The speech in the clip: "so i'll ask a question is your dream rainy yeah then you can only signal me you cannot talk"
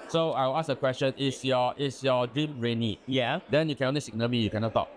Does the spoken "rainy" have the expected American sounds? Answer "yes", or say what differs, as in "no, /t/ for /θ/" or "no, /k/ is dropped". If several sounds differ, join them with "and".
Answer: yes